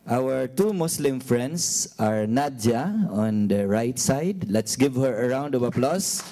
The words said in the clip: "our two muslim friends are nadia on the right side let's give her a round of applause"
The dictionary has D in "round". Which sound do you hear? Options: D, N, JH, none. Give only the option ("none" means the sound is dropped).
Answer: D